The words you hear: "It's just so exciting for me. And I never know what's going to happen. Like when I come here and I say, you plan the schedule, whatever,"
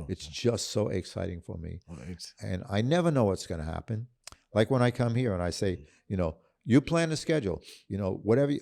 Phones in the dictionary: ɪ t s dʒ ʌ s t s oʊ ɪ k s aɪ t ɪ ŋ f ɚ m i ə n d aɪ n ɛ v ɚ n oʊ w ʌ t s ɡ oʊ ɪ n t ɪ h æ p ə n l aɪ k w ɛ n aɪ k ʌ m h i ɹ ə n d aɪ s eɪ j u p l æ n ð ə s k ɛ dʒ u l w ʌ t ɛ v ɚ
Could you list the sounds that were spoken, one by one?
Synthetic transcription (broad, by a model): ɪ t s dʒ ʌ s t s oʊ ɪ k s aɪ t ɪ ŋ f ɚ m i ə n aɪ n ɛ v ɚ n oʊ w ʌ t s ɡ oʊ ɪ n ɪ h æ p ə n l aɪ k w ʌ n aɪ k ʌ m h i ɹ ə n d aɪ s eɪ j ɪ p l æ n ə s k ɛ dʒ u n w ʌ t ɛ v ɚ